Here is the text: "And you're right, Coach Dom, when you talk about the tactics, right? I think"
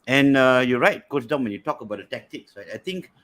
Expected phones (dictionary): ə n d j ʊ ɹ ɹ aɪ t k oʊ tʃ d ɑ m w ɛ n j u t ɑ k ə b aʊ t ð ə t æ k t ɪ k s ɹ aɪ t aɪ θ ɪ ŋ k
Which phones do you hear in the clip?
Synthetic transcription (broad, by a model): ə n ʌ j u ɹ ɹ aɪ t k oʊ s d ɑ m w ɛ n j u t ɑ k ə b aʊ t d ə t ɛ k t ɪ k s ɹ aɪ t aɪ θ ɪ ŋ k